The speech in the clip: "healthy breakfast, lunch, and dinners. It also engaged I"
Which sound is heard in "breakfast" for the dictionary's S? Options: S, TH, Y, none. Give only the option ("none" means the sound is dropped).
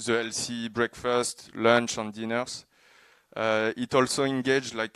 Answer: S